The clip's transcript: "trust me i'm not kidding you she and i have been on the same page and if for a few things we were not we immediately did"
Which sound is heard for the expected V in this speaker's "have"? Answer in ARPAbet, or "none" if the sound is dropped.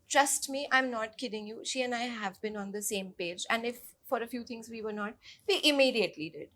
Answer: V